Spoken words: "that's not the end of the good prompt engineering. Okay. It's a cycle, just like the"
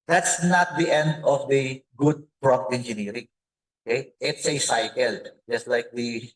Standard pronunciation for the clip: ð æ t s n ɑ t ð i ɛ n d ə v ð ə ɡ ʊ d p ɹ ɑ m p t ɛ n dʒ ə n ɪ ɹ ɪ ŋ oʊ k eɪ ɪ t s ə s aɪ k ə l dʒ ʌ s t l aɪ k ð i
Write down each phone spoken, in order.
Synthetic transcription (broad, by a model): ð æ t s n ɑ t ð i ɛ n d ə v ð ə ɡ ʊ d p ɹ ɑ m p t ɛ n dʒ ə n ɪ ɹ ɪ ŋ oʊ k eɪ ɪ t s ə s aɪ k ə l dʒ ʌ s t l aɪ k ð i